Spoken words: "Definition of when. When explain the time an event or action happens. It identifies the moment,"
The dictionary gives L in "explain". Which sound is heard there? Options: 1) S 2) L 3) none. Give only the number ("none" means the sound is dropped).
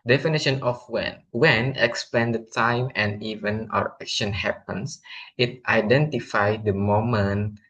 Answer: 3